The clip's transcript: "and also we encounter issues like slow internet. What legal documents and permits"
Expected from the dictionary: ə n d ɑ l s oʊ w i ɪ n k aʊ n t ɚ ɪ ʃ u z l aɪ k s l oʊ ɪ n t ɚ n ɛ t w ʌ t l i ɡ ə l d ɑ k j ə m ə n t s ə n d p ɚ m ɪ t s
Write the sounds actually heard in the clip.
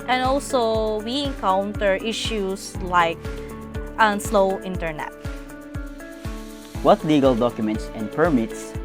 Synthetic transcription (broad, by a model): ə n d ɑ l s oʊ w i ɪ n k aʊ n t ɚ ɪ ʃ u s l aɪ k s l oʊ ɪ n t ɚ n ɛ t w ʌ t l i ɡ ə l d ɑ k j ə m ə n t s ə n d p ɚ m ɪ t s